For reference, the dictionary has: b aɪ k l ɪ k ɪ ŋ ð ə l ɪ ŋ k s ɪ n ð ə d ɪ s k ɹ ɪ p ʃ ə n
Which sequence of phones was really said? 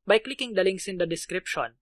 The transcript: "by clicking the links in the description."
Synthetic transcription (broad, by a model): b aɪ k l ɪ k ɪ ŋ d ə l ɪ ŋ s ɪ n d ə d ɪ s k ɹ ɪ p ʃ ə n